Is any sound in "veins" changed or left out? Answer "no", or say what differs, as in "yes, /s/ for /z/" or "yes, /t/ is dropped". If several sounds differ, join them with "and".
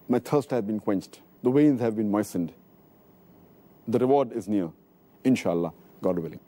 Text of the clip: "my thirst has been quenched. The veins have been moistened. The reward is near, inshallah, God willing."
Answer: yes, /w/ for /v/